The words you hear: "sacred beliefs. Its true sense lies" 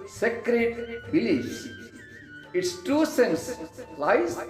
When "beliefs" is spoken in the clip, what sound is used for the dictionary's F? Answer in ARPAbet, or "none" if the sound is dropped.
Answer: none